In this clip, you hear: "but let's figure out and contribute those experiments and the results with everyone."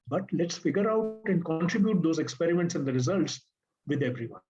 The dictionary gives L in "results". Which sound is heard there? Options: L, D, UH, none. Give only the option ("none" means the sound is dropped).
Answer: L